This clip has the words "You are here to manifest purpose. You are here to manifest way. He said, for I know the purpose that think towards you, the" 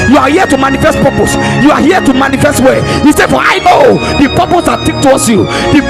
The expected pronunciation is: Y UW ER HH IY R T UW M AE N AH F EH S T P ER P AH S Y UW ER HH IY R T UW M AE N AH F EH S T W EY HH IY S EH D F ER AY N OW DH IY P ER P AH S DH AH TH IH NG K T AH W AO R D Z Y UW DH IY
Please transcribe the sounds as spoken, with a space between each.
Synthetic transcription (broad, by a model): Y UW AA HH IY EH T UW M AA N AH F EH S T P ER P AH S Y UW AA HH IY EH T UW M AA N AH F EH S T W EY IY S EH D F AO AY N OW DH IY P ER P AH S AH T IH K T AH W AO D S Y UW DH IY